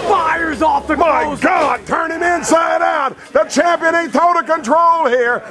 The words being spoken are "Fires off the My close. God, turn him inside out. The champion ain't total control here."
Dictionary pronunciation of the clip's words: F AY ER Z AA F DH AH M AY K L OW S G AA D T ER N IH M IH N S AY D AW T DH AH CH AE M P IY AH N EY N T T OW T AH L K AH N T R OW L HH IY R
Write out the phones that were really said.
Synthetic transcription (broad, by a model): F AY ER Z AA F DH AH M AY G AA D T ER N IH M IH N S AY D AW T DH AH CH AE M P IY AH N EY T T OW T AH K AH N T R OW L HH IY R